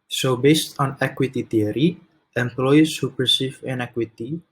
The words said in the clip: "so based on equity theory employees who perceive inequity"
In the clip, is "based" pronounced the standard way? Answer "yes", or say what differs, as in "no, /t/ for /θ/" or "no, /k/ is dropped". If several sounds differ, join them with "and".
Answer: yes